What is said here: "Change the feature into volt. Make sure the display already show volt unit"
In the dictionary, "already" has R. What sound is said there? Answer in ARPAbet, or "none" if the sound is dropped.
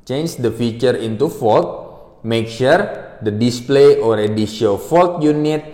R